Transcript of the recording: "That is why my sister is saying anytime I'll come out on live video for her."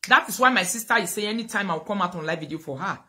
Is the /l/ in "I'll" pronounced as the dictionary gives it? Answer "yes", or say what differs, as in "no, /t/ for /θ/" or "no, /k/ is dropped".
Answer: no, /w/ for /l/